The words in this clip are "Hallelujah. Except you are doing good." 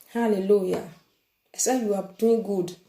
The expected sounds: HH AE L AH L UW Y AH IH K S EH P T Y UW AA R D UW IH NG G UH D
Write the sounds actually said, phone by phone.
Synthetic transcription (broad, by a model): HH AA L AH L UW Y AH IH S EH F Y UW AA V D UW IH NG G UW D